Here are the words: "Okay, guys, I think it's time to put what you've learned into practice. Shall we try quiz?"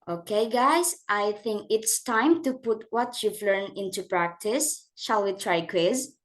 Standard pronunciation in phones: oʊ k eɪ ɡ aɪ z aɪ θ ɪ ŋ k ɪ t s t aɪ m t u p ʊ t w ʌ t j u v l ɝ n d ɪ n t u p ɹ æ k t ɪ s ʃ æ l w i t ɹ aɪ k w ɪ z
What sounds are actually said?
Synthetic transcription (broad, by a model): oʊ k eɪ ɡ aɪ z aɪ θ ɪ ŋ k ɪ t s t aɪ m t u p ʊ t w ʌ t j u v l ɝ n ɪ n t u p ɹ æ k t ɪ s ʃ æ l w i t ɹ aɪ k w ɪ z